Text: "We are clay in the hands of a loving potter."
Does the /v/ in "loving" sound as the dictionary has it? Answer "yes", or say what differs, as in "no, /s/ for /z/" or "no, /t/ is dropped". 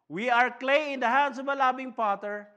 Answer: no, /b/ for /v/